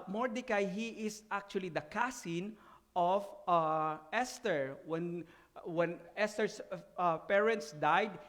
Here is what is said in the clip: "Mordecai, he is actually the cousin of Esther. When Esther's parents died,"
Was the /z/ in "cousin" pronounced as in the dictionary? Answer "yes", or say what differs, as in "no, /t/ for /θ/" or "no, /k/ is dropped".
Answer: no, /s/ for /z/